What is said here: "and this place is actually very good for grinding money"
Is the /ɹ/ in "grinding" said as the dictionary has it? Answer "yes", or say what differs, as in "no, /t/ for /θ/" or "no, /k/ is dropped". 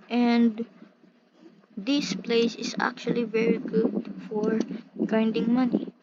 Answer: no, /ɹ/ is dropped